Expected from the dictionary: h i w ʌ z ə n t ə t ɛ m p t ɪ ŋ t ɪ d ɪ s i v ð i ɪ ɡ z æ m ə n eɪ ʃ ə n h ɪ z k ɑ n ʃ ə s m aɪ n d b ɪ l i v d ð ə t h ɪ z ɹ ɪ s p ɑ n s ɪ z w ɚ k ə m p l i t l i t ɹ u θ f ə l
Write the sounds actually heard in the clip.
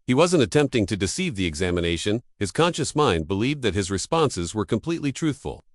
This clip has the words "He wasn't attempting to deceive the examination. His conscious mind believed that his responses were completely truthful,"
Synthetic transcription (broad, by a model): h i w ʌ z ə n t ə t ɛ m p t ɪ ŋ t ɪ d ɪ s i v ð i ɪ ɡ z æ m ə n eɪ ʃ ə n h ɪ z k ɑ n ʃ ə s m aɪ n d b ɪ l i v d ð ə t h ɪ z ɹ ɪ s p ɑ n s ɪ z w ɚ k ə m p l i t l i t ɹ u θ f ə l